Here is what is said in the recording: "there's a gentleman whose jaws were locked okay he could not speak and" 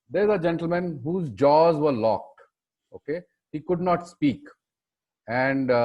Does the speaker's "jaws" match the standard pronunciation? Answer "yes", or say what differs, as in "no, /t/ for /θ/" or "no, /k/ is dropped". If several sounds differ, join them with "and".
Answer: yes